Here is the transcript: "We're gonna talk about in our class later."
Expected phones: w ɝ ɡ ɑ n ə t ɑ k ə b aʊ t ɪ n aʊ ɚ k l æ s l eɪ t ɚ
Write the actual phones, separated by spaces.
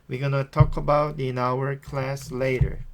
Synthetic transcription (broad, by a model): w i ɡ ɑ n ə t ɑ k ə b aʊ t ɪ n aʊ ɚ k l æ s l eɪ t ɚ